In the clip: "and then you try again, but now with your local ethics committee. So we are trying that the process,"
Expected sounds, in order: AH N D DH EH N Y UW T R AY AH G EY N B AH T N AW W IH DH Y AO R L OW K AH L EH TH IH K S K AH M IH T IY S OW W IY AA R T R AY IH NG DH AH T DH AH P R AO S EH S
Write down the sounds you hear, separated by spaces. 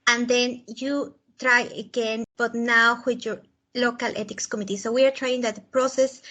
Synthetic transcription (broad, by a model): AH N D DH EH N Y UW T R AY AH G EY N B AH T N AW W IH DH Y AO R L OW K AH L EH T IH K S K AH M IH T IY S OW W IY AA R T R AY IH NG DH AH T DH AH P R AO S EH S